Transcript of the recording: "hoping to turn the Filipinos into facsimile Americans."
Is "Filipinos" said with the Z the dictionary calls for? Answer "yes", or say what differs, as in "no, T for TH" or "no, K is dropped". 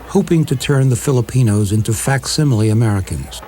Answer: yes